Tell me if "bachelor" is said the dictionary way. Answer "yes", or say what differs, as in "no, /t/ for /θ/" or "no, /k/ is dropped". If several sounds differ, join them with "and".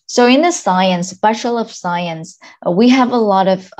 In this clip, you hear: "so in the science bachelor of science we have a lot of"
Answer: no, /ʃ/ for /tʃ/